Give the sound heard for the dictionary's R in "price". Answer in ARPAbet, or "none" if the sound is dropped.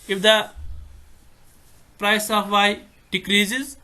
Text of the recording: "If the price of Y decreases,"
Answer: R